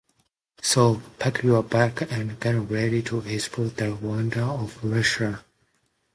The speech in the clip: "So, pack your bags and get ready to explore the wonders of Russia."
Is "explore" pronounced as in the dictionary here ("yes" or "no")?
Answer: no